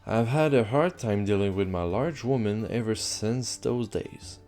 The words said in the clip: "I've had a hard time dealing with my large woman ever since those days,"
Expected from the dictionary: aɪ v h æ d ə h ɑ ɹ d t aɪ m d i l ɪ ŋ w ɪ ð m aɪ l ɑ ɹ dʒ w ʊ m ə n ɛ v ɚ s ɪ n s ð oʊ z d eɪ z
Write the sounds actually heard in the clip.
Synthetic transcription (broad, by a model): aɪ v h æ d ə h ɑ ɹ d t aɪ m d i l ɪ ŋ w ɪ ð m aɪ l ɑ ɹ dʒ w ʊ m ə n ɛ v ɚ s ɪ n s ð oʊ z d eɪ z